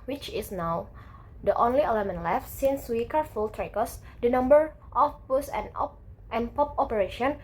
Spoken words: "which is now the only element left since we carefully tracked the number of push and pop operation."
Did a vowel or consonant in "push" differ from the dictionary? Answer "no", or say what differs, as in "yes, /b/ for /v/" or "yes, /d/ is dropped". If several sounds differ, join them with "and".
yes, /s/ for /ʃ/